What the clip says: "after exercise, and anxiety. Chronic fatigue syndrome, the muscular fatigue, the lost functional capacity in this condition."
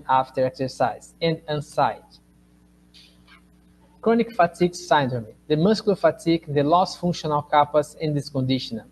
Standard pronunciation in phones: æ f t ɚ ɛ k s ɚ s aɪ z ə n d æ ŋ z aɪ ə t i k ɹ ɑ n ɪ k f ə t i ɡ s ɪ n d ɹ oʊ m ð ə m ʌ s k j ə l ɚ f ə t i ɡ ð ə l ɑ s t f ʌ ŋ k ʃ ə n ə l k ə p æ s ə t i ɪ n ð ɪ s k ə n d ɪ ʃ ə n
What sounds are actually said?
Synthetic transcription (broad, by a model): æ f t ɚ ɛ k s ɚ s aɪ z ə n d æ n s aɪ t k ɹ ɑ n ɪ k f ə t i ɡ s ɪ n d ɹ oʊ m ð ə m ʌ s k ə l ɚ f ə t i ɡ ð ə l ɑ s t f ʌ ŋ k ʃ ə n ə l k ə p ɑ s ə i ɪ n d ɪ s k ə n d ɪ ʃ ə n